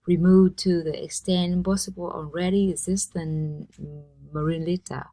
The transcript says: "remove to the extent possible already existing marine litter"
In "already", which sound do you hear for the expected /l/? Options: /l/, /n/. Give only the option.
/n/